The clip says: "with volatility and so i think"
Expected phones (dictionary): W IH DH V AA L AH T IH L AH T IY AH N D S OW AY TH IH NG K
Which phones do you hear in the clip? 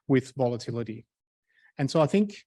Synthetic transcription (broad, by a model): W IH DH V AA L AH T IH L AH T IY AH N S OW AY TH IH NG K